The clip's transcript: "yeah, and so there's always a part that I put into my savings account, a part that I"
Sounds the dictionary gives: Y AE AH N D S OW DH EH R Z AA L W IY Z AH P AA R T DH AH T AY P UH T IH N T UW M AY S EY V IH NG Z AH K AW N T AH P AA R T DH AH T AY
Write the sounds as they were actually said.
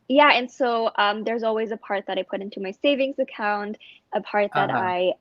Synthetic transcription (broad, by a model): Y AE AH N S OW DH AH R Z AA L W IY Z AH P AA R T DH AH T AY P UH T IH N T UW M AY S EY V IH NG Z AH K AW N T AH P AA R T DH AH T AY